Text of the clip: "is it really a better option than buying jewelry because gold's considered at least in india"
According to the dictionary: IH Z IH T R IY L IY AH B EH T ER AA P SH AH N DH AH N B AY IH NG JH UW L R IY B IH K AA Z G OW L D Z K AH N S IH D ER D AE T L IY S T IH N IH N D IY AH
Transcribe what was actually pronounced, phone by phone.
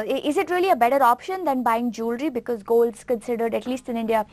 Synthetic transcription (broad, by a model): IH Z IH T R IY L IY AH B EH T ER AA P SH AH N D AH N B AY IH NG JH UW L R IY B IH K AA Z G OW L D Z K AH N S IH D ER D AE T L IY S T IH N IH N D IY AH